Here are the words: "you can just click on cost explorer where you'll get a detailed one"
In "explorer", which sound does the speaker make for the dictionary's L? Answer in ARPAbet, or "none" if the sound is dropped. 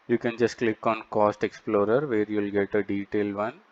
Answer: L